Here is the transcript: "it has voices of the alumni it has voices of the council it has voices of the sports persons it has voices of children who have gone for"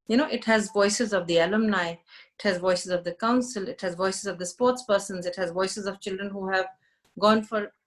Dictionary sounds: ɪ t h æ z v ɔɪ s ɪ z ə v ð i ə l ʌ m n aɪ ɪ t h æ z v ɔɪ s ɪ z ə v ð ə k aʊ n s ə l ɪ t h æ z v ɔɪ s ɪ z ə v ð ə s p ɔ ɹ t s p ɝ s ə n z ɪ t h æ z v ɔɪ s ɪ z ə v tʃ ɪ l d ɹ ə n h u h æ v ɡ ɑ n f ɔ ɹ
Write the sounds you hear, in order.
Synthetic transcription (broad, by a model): ɪ t h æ z v ɔɪ s ɪ z ə v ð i ə l ʌ m n aɪ ɪ t h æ z v ɔɪ s ɪ z ə v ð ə k aʊ n s ə l ɪ t h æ z v ɔɪ s ɪ z ə v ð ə s p ɔ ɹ t s p ɝ s ə n z ɪ t h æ z v ɔɪ s ɪ z ə v tʃ ɪ l d ɹ ə n h u h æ v ɡ ɑ n f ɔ ɹ